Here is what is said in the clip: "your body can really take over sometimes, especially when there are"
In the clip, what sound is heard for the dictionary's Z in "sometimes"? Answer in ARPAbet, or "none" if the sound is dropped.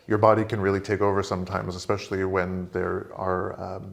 Z